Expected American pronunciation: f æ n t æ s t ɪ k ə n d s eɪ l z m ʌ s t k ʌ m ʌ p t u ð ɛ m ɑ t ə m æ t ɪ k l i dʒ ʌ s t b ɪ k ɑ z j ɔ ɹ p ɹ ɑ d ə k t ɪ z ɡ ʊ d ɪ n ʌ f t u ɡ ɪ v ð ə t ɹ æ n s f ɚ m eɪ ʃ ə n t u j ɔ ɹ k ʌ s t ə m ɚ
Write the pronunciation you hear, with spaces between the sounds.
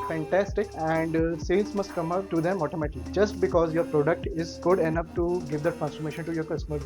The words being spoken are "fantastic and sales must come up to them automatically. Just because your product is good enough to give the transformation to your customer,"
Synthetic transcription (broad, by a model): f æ n t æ s t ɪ k ə n d s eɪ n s m ʌ s t k ʌ m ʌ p t u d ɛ m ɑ t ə m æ t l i dʒ ʌ s t b ɪ k ɑ z j ɔ ɹ p ɹ ɑ d ə k t ɪ z ɡ ʊ d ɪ n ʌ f t u ɡ ɪ v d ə t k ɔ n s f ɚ m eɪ ʃ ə n t u j ɔ ɹ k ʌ s t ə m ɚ